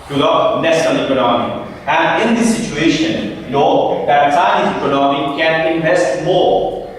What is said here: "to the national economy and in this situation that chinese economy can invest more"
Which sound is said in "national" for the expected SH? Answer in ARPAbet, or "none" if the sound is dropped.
S